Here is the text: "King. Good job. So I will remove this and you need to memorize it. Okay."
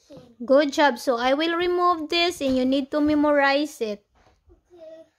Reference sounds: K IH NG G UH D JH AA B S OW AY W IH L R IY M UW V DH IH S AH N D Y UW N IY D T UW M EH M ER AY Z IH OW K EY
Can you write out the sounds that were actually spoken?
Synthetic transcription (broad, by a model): G UH D JH AA B S OW AY W IH L R IY M UW V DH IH S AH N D Y UW N IY D T UW M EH M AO AY S IH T